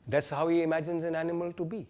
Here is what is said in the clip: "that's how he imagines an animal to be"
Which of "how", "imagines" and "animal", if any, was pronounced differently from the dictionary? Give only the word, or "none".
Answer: none